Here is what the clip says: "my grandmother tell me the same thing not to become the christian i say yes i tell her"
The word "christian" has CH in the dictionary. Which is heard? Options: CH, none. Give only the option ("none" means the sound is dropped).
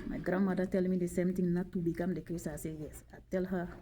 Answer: none